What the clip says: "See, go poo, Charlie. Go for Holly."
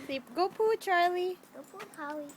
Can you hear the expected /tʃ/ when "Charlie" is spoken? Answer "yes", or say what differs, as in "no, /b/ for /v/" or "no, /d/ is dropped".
yes